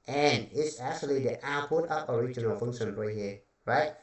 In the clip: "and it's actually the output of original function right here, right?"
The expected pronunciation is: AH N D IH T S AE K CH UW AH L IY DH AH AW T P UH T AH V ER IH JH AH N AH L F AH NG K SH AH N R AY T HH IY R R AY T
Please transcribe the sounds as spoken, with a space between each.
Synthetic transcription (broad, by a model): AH N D IH T S AE K CH UW AH L IY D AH T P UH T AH P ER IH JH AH N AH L F AH NG K SH AH N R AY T HH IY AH R AY T